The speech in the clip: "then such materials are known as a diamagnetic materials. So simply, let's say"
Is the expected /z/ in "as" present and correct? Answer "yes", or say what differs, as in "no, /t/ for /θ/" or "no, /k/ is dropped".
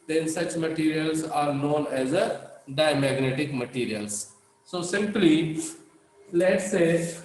yes